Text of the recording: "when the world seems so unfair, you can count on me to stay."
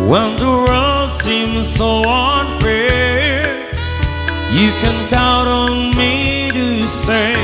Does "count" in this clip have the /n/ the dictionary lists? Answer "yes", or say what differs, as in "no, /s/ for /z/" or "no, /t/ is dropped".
no, /n/ is dropped